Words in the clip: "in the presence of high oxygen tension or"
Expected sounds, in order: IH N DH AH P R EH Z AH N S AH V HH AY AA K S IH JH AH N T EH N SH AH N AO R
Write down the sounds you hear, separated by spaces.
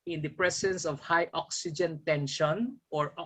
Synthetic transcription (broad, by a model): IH N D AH P R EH S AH N S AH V HH AY AA K S IH JH AH N T EH N SH AH N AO R